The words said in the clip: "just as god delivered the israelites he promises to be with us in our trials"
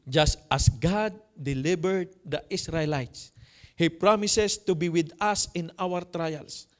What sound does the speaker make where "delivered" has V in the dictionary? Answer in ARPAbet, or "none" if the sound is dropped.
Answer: B